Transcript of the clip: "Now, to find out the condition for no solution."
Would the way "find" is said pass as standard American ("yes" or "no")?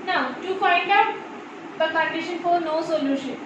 yes